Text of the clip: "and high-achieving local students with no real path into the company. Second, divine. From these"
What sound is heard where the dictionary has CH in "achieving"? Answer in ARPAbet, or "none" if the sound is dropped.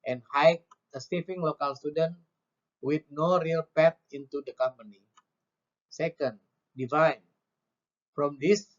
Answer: S